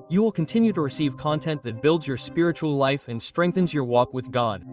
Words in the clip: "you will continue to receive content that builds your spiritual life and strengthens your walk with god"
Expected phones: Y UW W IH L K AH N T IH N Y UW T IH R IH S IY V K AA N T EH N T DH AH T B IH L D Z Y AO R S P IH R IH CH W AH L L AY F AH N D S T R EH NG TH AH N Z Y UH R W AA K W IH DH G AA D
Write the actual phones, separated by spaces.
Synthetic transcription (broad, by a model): Y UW W IH L K AH N T IH N Y UW T IH R IH S IY V K AA N T EH N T DH AH T B IH L D Z Y AO R S P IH R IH CH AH L L AY F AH N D S T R EH NG TH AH N Z Y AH R W AA K W IH DH G AA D